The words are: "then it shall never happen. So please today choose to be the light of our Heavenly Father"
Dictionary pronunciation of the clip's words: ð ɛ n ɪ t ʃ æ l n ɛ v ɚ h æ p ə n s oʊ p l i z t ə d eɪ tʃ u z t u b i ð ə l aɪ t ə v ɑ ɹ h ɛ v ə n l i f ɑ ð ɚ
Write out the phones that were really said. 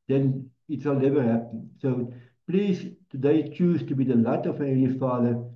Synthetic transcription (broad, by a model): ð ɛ n ɪ t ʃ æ l n ɛ v ɚ h æ p ə n s oʊ p l i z t ə d eɪ tʃ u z t u b i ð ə l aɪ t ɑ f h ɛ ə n i f ɑ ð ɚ